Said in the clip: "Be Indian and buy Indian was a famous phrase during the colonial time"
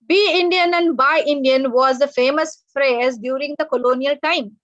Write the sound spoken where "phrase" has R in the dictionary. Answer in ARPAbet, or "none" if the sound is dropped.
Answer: R